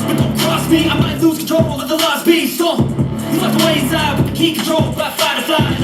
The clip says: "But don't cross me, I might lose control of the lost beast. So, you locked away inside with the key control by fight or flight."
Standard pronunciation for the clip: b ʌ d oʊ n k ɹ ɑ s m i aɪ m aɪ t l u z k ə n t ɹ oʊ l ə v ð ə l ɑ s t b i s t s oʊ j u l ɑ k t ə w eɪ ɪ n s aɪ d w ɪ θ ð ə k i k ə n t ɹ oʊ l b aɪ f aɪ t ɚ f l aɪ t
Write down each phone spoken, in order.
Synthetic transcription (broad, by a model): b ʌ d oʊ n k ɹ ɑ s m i aɪ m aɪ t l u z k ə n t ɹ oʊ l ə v ð ə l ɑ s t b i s s oʊ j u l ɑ t ə w eɪ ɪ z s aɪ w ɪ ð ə k i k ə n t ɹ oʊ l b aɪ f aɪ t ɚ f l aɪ